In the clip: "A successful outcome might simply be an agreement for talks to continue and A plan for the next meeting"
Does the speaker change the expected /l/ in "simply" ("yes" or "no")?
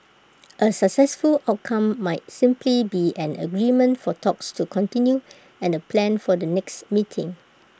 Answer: no